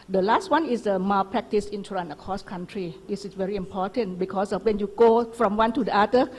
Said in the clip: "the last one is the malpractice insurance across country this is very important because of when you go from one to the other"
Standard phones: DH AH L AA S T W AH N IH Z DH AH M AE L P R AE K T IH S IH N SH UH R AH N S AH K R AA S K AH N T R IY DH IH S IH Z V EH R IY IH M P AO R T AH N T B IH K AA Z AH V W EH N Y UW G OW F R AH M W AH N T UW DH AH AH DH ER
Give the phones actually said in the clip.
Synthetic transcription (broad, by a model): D AH L AA S T W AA N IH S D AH M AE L P R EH K T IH S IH N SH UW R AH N AH K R AA S K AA N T R IY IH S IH S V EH R IY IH M P AO T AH N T B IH K AA S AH F W EH N Y UW G OW F R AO M W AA N T UW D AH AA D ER